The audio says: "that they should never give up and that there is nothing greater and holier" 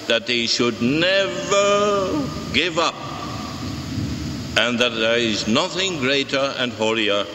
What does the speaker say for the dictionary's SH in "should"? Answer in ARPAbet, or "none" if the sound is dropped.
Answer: SH